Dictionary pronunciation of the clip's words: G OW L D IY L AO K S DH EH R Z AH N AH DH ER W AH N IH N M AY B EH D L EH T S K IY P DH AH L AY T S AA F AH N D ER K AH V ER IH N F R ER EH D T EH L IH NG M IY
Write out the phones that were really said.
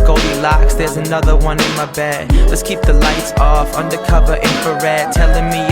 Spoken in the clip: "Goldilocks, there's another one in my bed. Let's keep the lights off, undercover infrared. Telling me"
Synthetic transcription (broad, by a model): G OW L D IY L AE K S DH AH R Z AH N AH DH ER W AH N IH N M AY B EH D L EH T S K IY P DH AH L AY T S AA F AH N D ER K AH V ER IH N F ER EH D T EH L IH NG M IY